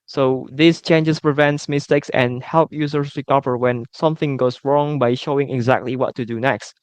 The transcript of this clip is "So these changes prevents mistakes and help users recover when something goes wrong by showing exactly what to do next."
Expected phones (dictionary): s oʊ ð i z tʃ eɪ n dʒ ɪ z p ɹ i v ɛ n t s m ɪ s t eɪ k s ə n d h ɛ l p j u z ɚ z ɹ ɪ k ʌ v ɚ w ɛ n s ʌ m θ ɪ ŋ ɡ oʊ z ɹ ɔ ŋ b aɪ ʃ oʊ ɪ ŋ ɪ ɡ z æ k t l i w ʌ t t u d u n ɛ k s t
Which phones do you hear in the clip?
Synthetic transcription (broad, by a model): s oʊ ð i s tʃ eɪ n dʒ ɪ s p ɹ i v ɛ n t s m ɪ s t eɪ k s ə n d h ɛ l p j u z ɚ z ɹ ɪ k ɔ p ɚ w ɛ n s ʌ m θ ɪ ŋ ɡ oʊ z ɹ ɔ ŋ b aɪ ʃ oʊ ɪ ŋ ɪ ɡ z æ k t l i w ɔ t t u d u n ɛ k s t